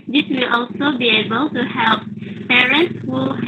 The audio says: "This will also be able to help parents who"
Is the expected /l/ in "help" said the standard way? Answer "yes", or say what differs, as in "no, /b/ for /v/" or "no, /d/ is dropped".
yes